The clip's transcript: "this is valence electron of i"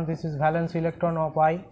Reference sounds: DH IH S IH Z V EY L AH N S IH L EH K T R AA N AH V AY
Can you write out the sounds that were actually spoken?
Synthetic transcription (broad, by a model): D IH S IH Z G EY L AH N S IH L EH K T R AA N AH P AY